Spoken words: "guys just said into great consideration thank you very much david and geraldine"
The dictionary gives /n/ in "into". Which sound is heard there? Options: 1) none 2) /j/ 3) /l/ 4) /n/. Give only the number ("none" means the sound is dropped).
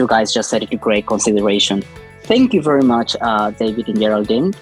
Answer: 1